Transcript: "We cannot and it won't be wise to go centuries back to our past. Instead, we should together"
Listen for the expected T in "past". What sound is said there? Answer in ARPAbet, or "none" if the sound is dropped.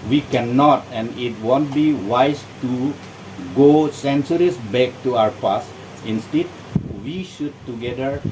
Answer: none